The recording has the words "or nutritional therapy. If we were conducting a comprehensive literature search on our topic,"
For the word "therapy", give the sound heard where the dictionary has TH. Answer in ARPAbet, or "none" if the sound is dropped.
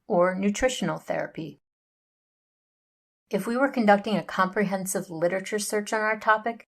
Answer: TH